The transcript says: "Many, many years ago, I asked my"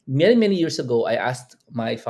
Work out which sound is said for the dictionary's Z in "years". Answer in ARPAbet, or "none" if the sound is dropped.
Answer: S